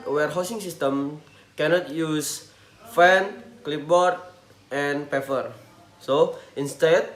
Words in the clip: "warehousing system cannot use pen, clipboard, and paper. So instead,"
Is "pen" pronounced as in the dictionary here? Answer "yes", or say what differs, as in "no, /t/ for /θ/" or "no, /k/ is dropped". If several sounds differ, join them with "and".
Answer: no, /f/ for /p/